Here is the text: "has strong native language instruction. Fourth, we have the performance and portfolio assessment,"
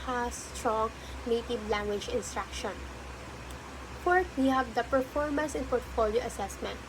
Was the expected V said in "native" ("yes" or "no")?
no